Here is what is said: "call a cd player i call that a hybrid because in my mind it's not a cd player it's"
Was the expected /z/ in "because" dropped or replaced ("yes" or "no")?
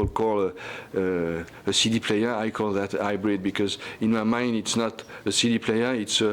no